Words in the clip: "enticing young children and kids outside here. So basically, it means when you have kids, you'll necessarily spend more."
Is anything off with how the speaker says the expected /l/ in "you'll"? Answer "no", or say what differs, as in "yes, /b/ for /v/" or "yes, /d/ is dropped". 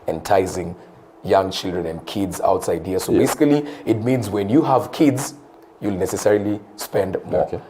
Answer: no